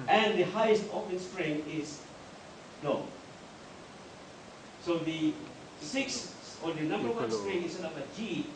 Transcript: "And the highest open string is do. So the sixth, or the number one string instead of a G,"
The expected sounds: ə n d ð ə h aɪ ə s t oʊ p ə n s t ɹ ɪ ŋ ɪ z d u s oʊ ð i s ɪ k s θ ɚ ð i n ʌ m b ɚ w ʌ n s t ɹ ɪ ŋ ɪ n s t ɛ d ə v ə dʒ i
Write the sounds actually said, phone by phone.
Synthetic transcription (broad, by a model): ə n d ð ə h aɪ ə s t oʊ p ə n s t ɹ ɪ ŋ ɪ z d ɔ s oʊ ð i s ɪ k s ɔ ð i n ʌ m b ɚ w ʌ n s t ɹ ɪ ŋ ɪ s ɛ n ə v ə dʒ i